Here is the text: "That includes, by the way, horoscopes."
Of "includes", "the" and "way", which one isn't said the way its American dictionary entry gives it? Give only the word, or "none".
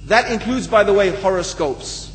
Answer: none